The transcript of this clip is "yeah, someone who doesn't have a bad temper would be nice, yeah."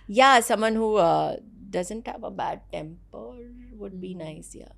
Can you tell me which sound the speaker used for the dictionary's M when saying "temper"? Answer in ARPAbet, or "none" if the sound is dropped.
M